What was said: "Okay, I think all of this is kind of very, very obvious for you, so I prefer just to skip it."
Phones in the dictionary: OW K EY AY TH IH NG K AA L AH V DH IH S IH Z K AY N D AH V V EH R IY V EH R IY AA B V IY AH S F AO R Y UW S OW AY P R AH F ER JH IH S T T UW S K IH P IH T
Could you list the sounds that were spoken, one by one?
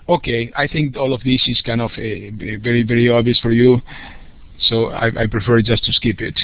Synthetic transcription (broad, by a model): OW K EY AY TH IH NG K AA L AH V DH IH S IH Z K AY N D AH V V EH R IY V EH R IY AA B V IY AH S F AO R Y UW S OW AY P R AH F ER JH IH S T T UW S K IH P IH T